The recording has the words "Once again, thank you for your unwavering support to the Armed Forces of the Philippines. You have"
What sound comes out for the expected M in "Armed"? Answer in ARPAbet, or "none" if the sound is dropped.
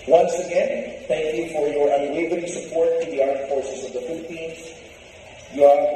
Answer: none